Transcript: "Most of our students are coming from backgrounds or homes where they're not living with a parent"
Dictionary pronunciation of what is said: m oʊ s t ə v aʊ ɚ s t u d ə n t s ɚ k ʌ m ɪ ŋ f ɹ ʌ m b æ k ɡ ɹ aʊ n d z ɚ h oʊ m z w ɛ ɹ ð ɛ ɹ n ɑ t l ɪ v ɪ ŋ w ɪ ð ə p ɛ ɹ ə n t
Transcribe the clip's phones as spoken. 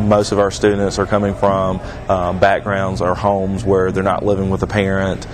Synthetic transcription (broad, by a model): m oʊ s t ə v aʊ ɚ s t u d n t s ɚ k ʌ m ɪ ŋ f ɹ ʌ m b æ k ɡ ɹ aʊ n d z ɚ h oʊ m z w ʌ ɹ ð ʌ ɹ n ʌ t l ɪ v ɪ ŋ w ɪ ð ə p ɛ ɹ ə n t